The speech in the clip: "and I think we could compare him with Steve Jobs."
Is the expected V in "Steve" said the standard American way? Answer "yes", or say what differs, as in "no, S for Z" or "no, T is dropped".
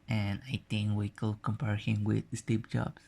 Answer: no, P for V